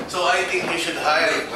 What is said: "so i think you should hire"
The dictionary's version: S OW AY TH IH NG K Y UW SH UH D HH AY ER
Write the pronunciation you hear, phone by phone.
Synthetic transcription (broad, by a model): S OW AY T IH NG K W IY SH UH D HH AY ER